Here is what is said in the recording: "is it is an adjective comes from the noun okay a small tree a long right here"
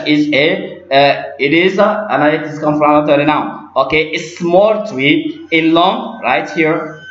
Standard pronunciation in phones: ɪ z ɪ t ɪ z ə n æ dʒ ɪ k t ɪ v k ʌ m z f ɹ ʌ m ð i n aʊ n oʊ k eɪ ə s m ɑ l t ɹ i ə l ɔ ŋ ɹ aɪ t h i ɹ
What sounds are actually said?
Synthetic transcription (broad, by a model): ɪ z ɪ t ɪ z ə n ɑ ɪ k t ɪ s k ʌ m f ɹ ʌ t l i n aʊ oʊ k eɪ ə s m ɑ l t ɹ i ə l ɔ ŋ ɹ aɪ t h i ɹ